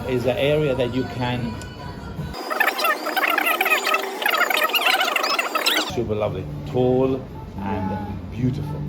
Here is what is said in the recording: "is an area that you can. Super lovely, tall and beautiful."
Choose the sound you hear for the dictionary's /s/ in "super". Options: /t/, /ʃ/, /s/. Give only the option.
/ʃ/